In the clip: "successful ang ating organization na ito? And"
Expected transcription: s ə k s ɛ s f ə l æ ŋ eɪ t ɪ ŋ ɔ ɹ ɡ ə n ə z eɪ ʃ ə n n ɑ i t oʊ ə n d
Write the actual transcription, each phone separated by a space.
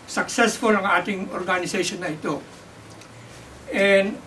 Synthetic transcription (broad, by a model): s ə k s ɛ s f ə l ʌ ŋ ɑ t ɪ ŋ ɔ ɹ ɡ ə n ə s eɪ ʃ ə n n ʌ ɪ t oʊ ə n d